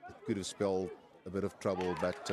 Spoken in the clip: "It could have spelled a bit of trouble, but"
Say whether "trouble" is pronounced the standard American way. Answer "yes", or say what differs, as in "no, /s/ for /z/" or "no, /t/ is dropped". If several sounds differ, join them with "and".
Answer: yes